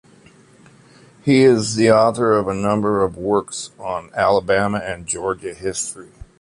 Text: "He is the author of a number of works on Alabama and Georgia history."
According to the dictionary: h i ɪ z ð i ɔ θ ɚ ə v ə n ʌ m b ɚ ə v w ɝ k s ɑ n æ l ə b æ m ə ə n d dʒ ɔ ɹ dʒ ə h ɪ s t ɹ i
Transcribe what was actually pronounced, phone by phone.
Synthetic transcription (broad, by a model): h i ɪ z ð i ɔ θ ɚ ə v ə n ʌ m b ɚ ə v w ɝ k s n æ l ə b æ m ə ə n dʒ ɔ ɹ dʒ ə h ɪ s t ɹ i